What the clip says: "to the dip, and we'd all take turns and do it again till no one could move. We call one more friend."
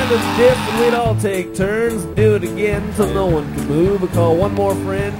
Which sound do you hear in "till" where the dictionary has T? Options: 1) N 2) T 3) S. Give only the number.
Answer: 3